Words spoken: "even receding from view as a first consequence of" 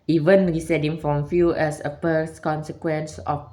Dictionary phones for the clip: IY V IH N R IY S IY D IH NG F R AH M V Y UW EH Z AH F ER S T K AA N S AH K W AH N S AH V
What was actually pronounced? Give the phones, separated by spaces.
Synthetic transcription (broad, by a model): IY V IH N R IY S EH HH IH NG F R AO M F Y UW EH S AH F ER S K AA N S AH K W AH N S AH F